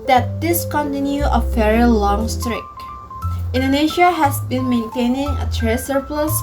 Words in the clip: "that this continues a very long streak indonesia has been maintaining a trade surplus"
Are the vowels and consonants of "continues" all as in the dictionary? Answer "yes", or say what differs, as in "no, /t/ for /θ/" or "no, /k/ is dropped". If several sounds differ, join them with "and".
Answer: no, /z/ is dropped